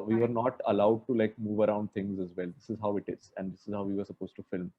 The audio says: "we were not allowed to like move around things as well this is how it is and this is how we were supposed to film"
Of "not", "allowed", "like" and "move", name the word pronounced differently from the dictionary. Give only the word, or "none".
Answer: none